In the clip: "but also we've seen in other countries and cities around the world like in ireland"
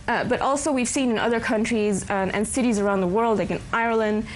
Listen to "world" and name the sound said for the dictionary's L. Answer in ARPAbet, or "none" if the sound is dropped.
L